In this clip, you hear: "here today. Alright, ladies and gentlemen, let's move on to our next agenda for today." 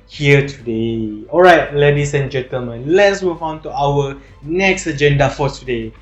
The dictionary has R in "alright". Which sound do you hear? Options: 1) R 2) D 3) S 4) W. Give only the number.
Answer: 1